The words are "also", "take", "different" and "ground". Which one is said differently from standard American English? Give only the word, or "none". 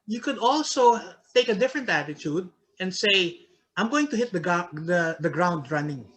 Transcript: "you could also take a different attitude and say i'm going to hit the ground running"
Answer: none